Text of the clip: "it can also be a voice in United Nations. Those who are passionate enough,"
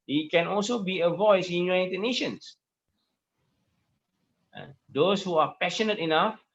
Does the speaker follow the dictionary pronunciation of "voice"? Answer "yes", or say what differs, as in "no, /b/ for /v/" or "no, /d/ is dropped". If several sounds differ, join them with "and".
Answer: yes